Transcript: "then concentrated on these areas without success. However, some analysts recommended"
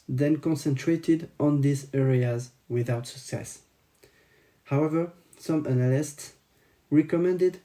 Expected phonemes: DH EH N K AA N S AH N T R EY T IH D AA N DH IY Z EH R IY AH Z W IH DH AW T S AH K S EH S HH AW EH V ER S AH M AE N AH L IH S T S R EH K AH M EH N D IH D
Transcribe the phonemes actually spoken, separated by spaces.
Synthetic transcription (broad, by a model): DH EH N K AA N S AH N T R EY T IH D AA N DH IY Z EH R IY AH Z W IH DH AW T S AH K S EH S HH AW EH V ER S AH M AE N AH L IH S T S R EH K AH M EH N D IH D